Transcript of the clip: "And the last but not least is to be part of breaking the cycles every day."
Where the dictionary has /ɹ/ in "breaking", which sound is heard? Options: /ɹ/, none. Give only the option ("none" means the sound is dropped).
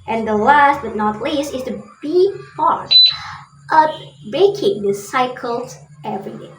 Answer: none